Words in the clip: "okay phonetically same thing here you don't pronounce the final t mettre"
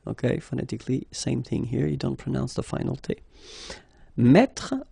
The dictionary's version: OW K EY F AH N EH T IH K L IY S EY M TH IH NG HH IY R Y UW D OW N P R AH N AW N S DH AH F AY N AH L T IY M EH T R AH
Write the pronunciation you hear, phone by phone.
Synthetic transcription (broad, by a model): OW K EY F AH N EH T IH K L IY S EY M TH IH NG HH IY R Y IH D OW N P R AH N AW N S DH AH F AY N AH L T IY M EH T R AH